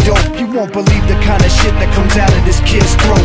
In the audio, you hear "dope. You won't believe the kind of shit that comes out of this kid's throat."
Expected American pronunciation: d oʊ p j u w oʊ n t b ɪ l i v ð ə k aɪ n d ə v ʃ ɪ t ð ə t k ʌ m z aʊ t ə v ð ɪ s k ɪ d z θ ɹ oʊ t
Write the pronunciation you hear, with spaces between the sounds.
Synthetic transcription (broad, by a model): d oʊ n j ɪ w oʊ n b ɪ l i v ð ə k aɪ n d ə ʃ ɪ t ð ə t k ʌ m z aʊ t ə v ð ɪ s k ɪ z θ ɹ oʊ